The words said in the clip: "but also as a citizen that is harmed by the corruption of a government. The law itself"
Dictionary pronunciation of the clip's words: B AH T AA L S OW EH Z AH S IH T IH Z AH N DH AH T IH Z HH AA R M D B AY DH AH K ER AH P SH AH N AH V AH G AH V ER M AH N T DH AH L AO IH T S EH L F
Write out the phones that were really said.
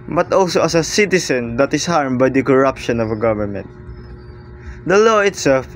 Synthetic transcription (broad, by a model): B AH T AA L S OW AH S AH S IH T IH S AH N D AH T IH S HH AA R M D B AY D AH K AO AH P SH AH N AH V AH G AH V ER M AH N T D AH L AO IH T S EH L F